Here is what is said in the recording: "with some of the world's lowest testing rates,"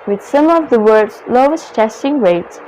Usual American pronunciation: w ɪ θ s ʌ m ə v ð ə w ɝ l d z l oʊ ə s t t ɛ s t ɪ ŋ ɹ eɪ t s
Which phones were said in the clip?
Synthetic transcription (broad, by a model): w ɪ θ s ʌ m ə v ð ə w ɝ d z l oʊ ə s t t ɛ s t ɪ ŋ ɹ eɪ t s